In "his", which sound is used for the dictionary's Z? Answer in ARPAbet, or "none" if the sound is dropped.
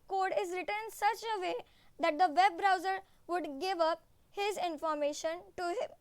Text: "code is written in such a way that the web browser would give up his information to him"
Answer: Z